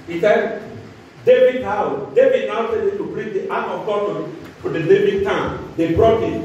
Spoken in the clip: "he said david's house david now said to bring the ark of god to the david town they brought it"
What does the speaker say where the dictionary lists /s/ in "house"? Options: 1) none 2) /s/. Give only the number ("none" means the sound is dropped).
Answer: 1